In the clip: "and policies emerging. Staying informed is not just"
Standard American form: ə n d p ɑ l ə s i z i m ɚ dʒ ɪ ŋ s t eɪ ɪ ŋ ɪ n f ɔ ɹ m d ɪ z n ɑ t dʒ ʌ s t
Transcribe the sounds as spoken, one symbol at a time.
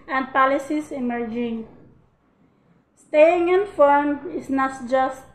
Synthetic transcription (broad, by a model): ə n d p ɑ l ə s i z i m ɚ dʒ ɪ ŋ s t eɪ ɪ ŋ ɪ n f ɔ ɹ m ɪ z n ɑ t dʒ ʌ s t